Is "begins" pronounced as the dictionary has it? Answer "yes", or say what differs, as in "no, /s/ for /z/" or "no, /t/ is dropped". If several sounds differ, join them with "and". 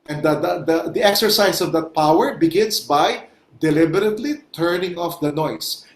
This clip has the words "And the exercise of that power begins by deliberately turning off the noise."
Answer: no, /s/ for /z/